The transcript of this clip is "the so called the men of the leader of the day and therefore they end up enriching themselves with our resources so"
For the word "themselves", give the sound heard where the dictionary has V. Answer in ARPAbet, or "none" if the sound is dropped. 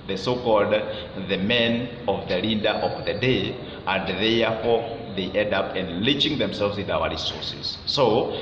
V